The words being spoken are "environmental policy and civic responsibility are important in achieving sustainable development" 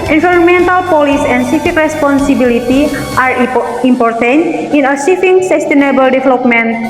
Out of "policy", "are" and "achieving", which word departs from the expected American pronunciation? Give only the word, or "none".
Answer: achieving